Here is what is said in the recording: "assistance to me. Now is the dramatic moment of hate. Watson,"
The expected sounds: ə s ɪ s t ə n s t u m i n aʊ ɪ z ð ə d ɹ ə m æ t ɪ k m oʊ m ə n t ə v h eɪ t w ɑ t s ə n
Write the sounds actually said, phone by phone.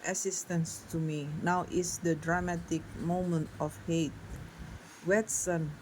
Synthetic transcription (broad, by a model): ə s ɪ s t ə n s t u m i n aʊ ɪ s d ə d ɹ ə m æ t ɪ k m oʊ m ə n t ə f h eɪ t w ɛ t s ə n